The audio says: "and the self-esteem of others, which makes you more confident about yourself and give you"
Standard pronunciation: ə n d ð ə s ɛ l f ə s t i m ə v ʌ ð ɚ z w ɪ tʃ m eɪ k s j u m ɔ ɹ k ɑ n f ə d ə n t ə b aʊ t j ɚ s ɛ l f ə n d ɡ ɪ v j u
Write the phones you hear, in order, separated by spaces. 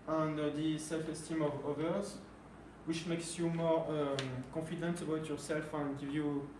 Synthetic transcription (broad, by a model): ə n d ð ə s ɛ l f ə s t i m ə v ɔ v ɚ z w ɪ tʃ m eɪ k s j u m ɔ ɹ k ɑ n f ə d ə n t ə b aʊ t j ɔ s ɛ l f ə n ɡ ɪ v j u